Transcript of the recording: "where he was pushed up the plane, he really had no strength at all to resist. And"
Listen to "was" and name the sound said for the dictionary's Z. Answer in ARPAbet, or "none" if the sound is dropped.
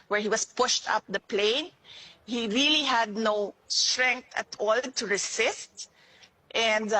S